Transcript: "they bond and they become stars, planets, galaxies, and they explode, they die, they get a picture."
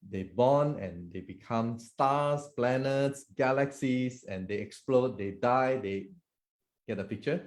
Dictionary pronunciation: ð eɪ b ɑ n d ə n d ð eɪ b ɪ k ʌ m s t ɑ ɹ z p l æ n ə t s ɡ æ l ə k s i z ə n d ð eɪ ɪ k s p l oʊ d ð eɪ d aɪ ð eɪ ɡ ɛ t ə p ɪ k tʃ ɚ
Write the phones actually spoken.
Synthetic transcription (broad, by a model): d eɪ b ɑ n ə n d eɪ b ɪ k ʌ m s t ɑ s p l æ n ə t s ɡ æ l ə k s i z ə n d eɪ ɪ k s p l oʊ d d eɪ d aɪ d eɪ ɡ ɛ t ə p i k tʃ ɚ